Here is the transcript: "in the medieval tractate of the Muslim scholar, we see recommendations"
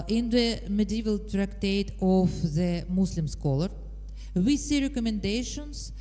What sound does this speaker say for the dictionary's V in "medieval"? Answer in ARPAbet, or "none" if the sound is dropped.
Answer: V